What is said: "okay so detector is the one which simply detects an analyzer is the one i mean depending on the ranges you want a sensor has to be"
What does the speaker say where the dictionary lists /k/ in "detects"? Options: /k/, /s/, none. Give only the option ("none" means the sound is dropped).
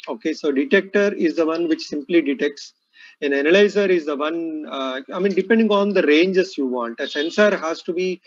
/k/